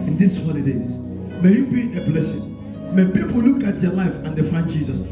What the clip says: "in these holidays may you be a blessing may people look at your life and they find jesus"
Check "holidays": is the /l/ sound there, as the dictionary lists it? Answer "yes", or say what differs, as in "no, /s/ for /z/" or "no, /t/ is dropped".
no, /n/ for /l/